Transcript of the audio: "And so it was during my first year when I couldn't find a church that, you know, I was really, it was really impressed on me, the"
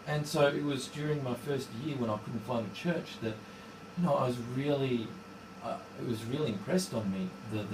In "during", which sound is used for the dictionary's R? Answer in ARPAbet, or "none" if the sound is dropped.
R